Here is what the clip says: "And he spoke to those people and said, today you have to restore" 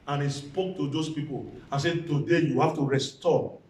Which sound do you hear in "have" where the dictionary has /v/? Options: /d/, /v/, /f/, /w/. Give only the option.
/f/